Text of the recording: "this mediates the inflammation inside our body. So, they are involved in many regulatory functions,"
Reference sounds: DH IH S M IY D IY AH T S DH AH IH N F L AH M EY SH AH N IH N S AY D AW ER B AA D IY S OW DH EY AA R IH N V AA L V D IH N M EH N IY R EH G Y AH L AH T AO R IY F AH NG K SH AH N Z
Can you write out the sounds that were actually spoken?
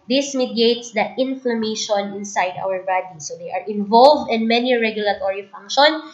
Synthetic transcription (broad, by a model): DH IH S M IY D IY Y T S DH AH IH N F L AH M EY SH AH N IH N S AY D AW ER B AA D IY S OW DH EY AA R IH N V AA L V D IH N M EH N IY R EH G Y AH L AH T AO R IY F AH NG K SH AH N